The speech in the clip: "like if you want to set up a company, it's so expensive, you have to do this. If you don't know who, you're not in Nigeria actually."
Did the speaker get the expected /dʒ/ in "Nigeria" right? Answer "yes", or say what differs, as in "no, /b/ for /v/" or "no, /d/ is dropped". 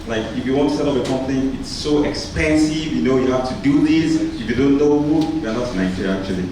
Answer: no, /dʒ/ is dropped